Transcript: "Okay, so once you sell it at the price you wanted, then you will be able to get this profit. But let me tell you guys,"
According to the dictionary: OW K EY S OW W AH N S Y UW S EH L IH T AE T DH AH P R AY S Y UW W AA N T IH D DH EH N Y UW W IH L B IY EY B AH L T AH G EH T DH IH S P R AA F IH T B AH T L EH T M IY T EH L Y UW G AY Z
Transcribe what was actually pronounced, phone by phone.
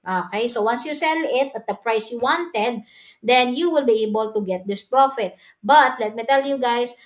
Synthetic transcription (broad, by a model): OW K EY S OW W AH N S Y UW S EH L IH T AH T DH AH P R AY S Y UW W AA N T IH D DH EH N Y UW W IH L B IY EY B AH L T AH G EH T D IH S P R AA F IH T B AH T L EH T M IY T EH L Y UW G AY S